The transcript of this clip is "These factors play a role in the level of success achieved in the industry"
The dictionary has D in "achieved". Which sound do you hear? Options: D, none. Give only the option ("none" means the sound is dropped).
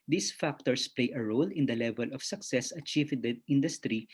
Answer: none